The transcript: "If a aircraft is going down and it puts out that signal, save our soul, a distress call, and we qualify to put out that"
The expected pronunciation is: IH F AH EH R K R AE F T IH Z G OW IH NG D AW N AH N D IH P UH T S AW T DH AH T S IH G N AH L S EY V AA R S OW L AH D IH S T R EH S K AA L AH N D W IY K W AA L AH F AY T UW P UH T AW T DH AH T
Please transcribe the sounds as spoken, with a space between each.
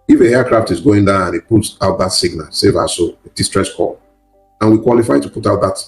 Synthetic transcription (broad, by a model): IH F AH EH K R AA F T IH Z G OW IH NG D AW N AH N IH P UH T AW T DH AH T S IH G N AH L S EY V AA S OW AH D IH S T R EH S K AA L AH N W IY K W AA L AH F AY T UW P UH T AW T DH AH T